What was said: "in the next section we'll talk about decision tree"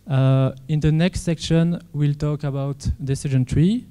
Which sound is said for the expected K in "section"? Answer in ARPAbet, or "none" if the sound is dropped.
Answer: K